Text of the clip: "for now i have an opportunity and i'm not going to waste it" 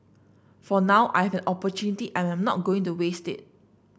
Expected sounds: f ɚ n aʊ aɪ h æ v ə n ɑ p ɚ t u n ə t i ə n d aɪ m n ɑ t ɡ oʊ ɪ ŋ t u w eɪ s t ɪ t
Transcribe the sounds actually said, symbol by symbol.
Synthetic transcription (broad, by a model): f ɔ n aʊ aɪ h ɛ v ə n ɑ p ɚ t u n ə t i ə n aɪ m n ɑ t ɡ oʊ ɪ ŋ t u w eɪ s t ɪ t